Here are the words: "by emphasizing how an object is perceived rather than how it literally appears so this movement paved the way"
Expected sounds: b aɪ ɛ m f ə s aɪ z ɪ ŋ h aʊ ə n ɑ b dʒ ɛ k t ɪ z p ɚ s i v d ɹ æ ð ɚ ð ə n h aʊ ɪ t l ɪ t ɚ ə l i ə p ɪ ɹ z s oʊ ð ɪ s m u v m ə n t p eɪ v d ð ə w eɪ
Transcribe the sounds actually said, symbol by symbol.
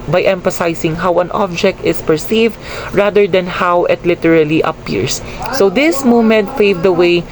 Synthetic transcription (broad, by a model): b aɪ ɛ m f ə s aɪ s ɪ ŋ h aʊ ə n ɑ b dʒ ɛ k t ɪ s p ɚ s i v d ɹ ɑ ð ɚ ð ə n h aʊ ɪ t l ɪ t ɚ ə l i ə p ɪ ɹ s oʊ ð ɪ s m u m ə n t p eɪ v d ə w eɪ